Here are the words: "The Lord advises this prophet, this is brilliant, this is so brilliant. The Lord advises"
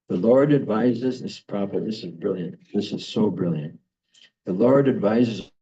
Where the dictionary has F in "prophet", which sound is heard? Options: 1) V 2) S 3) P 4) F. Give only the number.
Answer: 3